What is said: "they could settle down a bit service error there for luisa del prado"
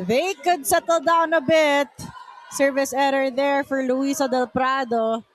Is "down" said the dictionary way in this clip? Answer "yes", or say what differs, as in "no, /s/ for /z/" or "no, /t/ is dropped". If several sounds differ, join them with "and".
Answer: yes